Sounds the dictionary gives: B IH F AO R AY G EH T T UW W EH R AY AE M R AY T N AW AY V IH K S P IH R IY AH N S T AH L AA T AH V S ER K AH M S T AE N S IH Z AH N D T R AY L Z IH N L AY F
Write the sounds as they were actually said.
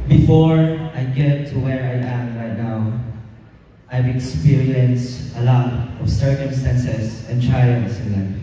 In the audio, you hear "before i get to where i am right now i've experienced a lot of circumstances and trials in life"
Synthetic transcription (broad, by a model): B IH F AO R AY G EH T T UW W EH R AY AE M R AY T N AW AY V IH K S P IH R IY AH N S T AH L AA T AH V S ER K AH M S T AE N S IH S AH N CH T R AY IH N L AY